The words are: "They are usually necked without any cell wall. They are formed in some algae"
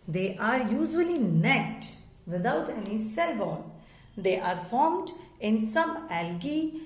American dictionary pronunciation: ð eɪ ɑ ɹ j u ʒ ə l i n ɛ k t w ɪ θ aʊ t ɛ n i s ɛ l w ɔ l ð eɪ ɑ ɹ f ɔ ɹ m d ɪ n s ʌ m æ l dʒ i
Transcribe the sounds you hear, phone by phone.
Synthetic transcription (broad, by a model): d eɪ ɑ ɹ j u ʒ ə l i n ɛ k t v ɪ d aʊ t ɛ n i s ɛ l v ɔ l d eɪ ɑ ɹ f ɔ ɹ m d ɪ n s ʌ m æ l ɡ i